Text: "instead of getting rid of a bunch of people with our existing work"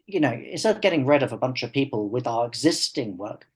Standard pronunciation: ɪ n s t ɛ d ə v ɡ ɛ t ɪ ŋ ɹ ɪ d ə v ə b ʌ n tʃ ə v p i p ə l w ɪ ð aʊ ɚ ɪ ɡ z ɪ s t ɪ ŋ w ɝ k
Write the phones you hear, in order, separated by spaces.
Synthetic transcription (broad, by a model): ɪ n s t ɛ d ə v ɡ ɛ t ɪ ŋ ɹ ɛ d ə v ə b ʌ n tʃ ə v p i p ə l w ɪ ð aʊ ɚ ɪ ɡ z ɪ s t ɪ ŋ w ɝ k